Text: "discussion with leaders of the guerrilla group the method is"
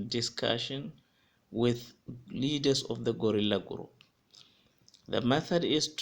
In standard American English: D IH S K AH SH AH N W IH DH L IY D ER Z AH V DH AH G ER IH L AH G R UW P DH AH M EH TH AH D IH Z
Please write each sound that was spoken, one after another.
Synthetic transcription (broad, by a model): D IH S K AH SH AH N W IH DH L IY D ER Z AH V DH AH G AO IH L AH G R UW P DH AH M EH TH AH D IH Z